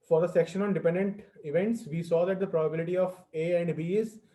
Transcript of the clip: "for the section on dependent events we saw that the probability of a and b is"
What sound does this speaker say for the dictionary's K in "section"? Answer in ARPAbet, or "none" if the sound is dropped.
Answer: K